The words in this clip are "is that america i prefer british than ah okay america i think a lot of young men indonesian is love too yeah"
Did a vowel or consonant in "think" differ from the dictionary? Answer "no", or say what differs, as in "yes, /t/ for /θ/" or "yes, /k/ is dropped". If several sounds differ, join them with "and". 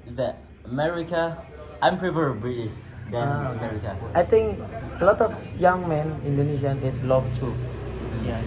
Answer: yes, /t/ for /θ/